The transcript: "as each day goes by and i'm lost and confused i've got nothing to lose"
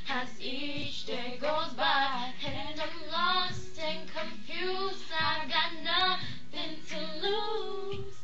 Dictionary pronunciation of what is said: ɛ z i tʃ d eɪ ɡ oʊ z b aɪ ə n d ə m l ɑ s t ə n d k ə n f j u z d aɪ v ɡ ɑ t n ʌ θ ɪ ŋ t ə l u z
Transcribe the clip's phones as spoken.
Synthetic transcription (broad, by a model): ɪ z i tʃ d eɪ ɡ oʊ z b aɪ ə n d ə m l ɑ s t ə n k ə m f j u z aɪ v ɡ ɑ t n ʌ θ ɪ ŋ t ə l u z